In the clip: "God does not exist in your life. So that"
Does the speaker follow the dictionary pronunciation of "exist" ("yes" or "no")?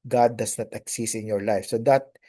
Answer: no